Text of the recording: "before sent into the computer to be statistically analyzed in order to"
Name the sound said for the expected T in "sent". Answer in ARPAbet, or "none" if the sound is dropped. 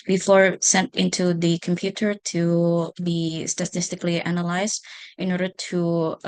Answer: T